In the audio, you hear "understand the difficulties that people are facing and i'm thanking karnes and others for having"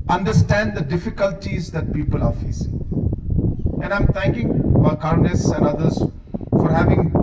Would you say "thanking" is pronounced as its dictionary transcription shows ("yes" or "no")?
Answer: no